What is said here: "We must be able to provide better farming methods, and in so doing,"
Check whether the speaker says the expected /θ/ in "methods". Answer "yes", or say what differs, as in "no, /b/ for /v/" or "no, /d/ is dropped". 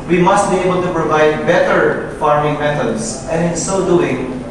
no, /t/ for /θ/